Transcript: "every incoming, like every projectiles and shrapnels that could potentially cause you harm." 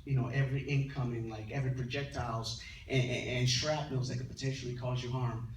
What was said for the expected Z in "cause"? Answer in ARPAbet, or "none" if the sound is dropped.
Z